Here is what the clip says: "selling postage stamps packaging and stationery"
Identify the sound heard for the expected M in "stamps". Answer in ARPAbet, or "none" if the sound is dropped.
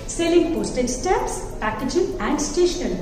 none